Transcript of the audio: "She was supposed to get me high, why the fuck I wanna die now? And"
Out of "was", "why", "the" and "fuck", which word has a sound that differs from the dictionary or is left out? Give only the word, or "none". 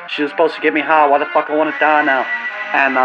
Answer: none